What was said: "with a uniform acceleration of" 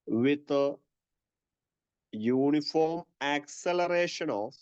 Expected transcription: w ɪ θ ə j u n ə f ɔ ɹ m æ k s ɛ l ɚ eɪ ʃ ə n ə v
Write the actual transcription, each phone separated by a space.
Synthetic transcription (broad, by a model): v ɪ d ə j u n ə f ɔ ɹ m æ k s ɛ l ɚ eɪ ʃ ə n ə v